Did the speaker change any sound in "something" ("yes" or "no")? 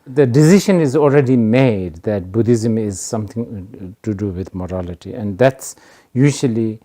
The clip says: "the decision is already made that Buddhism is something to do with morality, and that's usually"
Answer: yes